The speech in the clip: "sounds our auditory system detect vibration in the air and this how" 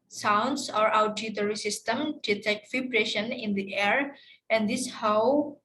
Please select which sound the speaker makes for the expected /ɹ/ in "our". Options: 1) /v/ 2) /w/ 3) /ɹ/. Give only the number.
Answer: 3